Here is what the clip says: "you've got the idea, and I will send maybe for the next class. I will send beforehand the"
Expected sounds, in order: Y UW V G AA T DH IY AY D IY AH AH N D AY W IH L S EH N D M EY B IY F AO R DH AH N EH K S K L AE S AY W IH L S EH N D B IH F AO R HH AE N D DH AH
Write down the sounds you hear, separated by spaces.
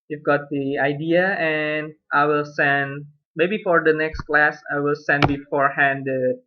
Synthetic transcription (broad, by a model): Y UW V G AA T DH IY AY D IY AH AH N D AY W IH L S EH N D M EY B IY F AO R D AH N EH K S K L AE S AY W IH L S EH N D B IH F AO R HH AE N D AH